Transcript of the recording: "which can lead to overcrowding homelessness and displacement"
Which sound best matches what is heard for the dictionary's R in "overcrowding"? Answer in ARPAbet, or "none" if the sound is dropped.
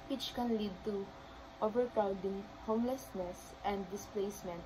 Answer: none